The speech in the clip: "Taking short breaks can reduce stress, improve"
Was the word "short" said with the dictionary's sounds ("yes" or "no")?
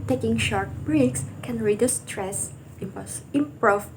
yes